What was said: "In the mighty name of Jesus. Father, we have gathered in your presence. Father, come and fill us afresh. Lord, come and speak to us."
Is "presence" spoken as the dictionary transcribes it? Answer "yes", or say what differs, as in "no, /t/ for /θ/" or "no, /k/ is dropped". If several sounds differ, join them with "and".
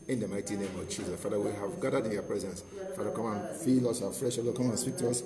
yes